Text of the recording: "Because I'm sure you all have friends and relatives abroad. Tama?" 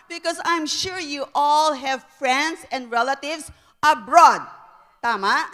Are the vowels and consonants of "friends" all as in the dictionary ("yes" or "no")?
no